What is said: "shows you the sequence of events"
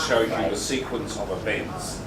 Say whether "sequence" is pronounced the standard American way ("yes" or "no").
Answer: yes